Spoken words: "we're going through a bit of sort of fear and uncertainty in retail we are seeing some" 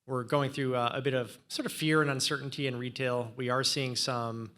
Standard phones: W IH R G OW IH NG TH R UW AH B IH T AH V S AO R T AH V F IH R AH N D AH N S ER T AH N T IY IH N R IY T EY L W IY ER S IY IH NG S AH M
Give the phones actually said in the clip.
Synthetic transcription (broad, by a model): W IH R G OW IH NG TH R UW AH B IH T AH V S AO R T AH V F IH R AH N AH N S ER T N T IY IH N R IY T EY L W IY ER S IY IH NG S AH M